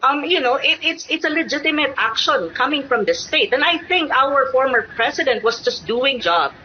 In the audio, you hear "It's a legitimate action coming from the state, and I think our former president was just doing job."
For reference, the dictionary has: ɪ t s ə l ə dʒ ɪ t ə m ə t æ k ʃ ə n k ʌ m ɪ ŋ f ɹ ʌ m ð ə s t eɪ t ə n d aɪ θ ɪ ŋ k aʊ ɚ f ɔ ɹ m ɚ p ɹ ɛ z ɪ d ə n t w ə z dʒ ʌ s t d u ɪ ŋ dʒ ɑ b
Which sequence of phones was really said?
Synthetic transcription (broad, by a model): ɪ t s ə l ə dʒ ɪ t ə m ə t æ k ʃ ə n k ʌ m ɪ ŋ f ɹ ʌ m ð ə s t eɪ t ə n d aɪ θ ɪ ŋ k aʊ ɚ f ɔ ɹ m ɚ p ɹ ɛ s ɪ d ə n t w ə s dʒ ʌ s t d u ɪ ŋ dʒ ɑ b